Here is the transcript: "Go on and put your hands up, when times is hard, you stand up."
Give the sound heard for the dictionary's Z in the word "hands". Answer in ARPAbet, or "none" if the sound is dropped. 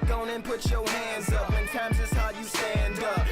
Z